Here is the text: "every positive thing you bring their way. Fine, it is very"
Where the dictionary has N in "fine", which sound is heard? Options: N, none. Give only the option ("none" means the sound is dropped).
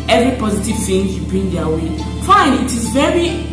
N